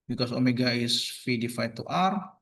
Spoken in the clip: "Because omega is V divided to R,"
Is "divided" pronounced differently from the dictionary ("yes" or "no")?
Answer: yes